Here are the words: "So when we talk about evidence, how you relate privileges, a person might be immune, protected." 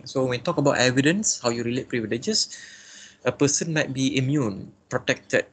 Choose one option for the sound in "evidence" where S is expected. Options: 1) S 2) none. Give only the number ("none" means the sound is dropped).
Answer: 1